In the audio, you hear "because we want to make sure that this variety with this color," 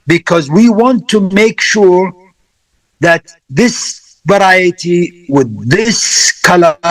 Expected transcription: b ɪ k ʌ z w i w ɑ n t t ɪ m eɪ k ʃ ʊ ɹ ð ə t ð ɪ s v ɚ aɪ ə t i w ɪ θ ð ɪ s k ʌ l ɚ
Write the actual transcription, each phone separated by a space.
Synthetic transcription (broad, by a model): b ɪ k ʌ z w i w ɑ n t t ɪ m eɪ k ʃ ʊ ɹ ð ə t ð ɪ s v ɚ aɪ ə t i w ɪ ð ɪ s k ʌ l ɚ